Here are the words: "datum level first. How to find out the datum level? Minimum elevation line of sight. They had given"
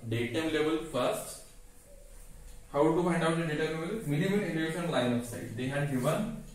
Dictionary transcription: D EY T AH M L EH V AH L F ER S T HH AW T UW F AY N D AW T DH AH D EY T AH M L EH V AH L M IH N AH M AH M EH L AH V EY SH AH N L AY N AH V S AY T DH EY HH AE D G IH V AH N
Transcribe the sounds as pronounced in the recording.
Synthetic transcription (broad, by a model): D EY T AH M L EH V AH L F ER S T HH AW T UW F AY N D AW T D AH D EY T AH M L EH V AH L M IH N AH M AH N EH N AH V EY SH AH N L AY N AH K S AY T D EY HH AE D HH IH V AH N